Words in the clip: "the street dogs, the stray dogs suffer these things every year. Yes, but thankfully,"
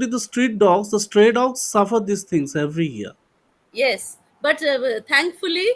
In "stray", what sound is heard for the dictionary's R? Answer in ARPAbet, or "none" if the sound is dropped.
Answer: R